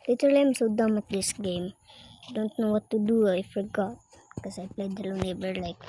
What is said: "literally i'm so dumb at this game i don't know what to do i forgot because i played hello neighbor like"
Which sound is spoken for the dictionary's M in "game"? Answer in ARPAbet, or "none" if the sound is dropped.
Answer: M